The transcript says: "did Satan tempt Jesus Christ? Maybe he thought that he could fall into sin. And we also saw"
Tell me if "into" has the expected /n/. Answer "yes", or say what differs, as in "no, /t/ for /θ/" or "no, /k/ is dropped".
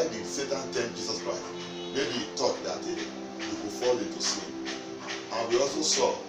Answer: no, /n/ is dropped